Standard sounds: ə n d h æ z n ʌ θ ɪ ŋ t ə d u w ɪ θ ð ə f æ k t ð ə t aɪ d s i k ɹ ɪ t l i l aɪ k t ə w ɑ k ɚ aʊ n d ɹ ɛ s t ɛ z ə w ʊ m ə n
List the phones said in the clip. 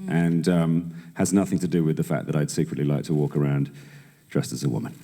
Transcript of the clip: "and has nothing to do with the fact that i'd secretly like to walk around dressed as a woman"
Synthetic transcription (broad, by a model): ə n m h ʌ z n ʌ θ ɪ ŋ t ə d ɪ w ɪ ð ə f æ k ð ə t aɪ d s i k ɹ ɪ t l i l aɪ k t ə w ɑ k ɚ aʊ n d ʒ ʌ s t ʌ z ə w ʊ m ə n